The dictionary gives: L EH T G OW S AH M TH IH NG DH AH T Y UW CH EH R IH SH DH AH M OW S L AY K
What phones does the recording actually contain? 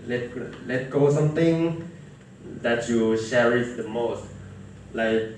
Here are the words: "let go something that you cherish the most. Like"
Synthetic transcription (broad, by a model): L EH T G OW S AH M T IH NG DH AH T Y UW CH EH R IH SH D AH M OW S L AY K